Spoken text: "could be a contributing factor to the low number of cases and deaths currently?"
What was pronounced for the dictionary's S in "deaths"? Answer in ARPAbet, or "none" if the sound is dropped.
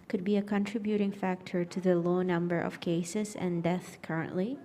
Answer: none